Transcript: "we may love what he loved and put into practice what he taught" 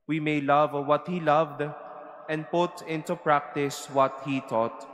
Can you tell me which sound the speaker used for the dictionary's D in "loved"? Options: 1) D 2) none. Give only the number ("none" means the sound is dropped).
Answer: 1